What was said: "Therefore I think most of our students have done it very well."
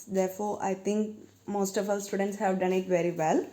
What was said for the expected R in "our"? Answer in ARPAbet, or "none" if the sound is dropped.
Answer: L